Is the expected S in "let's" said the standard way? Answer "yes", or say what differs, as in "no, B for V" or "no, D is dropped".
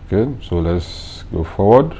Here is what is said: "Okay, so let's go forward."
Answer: yes